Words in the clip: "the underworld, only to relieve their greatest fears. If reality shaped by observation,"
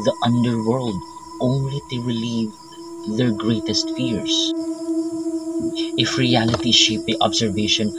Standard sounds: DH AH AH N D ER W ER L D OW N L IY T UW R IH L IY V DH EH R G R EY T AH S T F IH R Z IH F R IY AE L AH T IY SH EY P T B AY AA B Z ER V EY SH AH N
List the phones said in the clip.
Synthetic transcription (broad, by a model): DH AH AH N D ER W ER L D OW N L IY T UW R IH L IY V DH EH R G R EY T AH S T F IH R S IH F R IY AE L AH T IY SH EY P T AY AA B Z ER V EY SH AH N